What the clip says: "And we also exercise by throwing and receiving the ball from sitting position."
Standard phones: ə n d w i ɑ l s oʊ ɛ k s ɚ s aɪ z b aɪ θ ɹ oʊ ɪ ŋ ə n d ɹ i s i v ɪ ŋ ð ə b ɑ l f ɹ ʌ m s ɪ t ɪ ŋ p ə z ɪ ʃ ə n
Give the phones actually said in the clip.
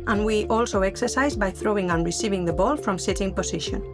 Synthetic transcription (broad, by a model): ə n w i ɑ l s oʊ ɛ k s ɚ s aɪ z b aɪ θ ɹ oʊ ɪ ŋ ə n ɹ i s i v ɪ ŋ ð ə b ɑ l f ɹ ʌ m s ɪ t ɪ ŋ p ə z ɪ ʃ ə n